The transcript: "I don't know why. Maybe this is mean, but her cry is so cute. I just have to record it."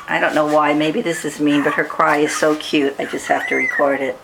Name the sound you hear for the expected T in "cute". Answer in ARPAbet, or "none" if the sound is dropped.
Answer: T